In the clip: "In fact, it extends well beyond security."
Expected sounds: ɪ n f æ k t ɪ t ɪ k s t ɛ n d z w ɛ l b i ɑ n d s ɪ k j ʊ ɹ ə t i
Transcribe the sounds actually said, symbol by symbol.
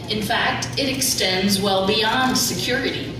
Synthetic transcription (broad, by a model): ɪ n f æ k t ɪ t ɪ k s t ɛ n d z w ɛ l b i ɑ n d s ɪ k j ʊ ɹ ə t i